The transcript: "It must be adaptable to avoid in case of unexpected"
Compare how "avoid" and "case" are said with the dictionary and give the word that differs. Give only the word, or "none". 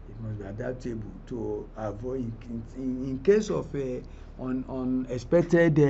avoid